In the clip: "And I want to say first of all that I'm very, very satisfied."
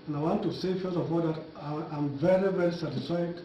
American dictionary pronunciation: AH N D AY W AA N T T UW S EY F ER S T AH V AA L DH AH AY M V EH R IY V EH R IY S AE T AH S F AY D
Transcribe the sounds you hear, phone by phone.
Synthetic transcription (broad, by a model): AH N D AY W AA N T T UW S EY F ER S AH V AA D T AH AY M V EH R IY V EH R IY S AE T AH S F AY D